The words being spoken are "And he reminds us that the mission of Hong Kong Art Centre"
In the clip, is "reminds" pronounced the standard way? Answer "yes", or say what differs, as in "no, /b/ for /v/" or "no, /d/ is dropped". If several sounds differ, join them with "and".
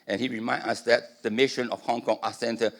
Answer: no, /z/ is dropped